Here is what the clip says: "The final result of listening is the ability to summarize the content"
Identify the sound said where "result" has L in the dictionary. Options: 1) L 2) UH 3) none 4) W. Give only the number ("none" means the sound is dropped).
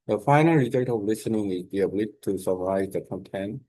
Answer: 3